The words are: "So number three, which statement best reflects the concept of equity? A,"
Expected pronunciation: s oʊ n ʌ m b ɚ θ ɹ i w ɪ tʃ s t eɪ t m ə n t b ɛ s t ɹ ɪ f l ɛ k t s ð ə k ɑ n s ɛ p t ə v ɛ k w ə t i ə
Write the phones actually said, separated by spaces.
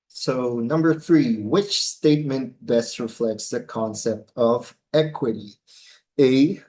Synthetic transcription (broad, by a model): s oʊ n ʌ m b ɚ θ ɹ i w ɪ tʃ s t eɪ t m ə n t b ɛ s t ɹ ɪ f l ɛ k t s ð ə k ɑ n s ɛ p t ə v ɛ k w ə t i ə